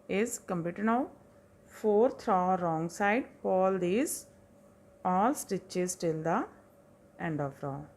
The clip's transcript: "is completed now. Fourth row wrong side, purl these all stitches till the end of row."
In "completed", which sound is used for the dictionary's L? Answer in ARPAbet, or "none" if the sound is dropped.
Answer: none